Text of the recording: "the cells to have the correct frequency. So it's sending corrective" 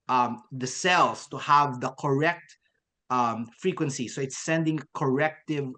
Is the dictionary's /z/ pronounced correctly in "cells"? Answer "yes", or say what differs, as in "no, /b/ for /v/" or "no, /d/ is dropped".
no, /s/ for /z/